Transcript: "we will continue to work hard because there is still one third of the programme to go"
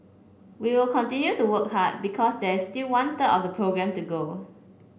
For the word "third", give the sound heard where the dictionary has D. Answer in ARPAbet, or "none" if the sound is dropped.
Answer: none